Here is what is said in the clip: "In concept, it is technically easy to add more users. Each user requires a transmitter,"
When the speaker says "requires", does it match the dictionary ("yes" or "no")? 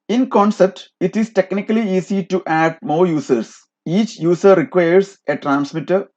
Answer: no